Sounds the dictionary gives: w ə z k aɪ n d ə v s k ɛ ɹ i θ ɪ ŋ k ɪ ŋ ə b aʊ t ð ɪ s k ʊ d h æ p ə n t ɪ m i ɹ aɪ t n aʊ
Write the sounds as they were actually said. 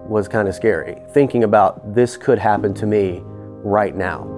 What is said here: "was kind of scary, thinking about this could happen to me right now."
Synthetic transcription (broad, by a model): w ə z k aɪ n d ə s k ɛ ɹ i θ ɪ ŋ k ɪ ŋ ə b aʊ t ð ɪ s k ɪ d h æ p ə n t ɪ m i ɹ aɪ t n aʊ